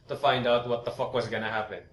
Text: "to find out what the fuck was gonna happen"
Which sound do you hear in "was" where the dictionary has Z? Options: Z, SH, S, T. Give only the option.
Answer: Z